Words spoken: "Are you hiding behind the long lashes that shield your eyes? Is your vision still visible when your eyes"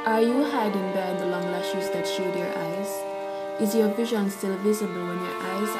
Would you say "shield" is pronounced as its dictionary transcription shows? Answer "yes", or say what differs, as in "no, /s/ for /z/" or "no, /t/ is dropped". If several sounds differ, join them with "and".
no, /l/ is dropped